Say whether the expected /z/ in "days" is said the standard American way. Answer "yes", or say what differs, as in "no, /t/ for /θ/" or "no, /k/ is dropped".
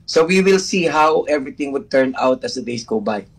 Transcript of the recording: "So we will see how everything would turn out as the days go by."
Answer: no, /s/ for /z/